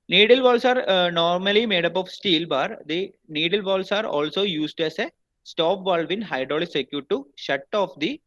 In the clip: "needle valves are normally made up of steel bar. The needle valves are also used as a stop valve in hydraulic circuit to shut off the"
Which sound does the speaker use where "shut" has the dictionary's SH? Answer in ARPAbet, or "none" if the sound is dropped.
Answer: SH